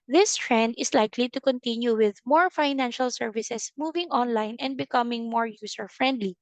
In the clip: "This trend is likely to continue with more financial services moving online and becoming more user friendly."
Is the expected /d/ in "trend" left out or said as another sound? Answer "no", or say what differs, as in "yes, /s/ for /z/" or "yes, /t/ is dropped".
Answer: no